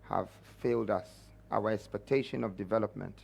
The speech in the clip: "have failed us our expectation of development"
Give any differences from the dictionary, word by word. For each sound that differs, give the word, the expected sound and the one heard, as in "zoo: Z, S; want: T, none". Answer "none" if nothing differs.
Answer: none